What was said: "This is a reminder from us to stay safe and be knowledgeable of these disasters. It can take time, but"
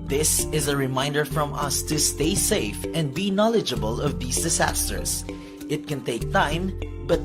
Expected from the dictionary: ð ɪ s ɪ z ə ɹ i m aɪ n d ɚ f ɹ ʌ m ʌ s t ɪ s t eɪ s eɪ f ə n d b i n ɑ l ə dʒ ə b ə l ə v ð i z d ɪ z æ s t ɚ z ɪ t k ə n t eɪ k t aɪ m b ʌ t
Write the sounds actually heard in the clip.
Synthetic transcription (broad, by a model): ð ɪ s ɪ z ə ɹ i m aɪ n d ɚ f ɹ ʌ m ʌ s t ɪ s t eɪ s eɪ f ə n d b i n ɑ l ə dʒ ə b ə l ə v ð i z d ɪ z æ s t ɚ s ɪ t k ə n t eɪ k t aɪ m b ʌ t